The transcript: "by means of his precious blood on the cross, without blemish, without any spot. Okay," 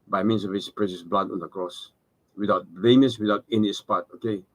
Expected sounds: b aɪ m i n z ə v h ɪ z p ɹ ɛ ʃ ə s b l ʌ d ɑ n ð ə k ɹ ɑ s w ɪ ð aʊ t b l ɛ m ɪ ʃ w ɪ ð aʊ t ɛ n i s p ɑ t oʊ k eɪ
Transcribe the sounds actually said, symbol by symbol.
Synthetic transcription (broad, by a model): b aɪ m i n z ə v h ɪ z p ɹ ɛ ʃ ə s b l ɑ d ɑ n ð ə k ɹ ɑ s w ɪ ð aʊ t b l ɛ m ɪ s w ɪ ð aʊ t ɛ n i s p ɑ t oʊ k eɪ